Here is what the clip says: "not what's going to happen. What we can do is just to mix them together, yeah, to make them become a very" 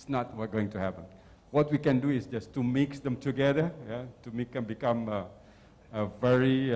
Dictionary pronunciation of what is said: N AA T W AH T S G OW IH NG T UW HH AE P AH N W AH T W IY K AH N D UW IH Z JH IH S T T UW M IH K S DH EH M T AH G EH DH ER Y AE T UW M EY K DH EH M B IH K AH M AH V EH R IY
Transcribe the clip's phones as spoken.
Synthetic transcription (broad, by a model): N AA T W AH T G OW IH NG T UW HH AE P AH N W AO T W IY K AH N D UW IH S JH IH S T T UW M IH K S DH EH M T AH G EH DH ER Y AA T UW M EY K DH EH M B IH K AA M AH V EH R IY